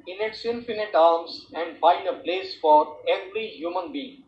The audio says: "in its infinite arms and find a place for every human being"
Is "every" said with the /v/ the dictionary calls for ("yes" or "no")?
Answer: no